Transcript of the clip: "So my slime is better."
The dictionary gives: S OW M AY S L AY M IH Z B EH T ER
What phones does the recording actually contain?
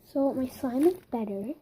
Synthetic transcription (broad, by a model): S OW M AY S AY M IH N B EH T ER